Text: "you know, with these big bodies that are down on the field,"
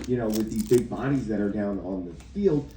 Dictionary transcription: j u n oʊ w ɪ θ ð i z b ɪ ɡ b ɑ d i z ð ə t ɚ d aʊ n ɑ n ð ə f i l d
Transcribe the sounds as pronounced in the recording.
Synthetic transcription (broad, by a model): j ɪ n oʊ w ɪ ð i z b ɪ ɡ b ɑ d i z ð ə t ɚ d aʊ n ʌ n ð ə f i l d